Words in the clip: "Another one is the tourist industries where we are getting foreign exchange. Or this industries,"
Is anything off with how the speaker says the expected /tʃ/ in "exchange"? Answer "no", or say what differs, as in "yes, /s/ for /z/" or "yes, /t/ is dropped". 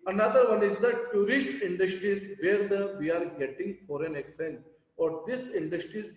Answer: yes, /tʃ/ is dropped